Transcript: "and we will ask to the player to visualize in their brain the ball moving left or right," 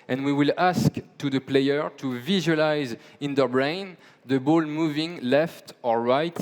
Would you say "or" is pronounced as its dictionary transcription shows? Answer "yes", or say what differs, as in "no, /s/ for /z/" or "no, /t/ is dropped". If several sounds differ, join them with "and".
yes